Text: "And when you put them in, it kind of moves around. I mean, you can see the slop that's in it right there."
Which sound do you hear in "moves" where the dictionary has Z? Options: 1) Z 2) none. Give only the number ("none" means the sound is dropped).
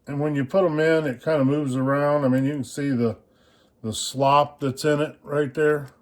1